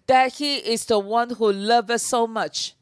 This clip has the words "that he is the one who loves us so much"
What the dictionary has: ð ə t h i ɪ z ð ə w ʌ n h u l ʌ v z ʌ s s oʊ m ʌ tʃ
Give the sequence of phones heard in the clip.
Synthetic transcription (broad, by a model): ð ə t h i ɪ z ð ə w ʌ n h u l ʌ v ʌ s s oʊ m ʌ tʃ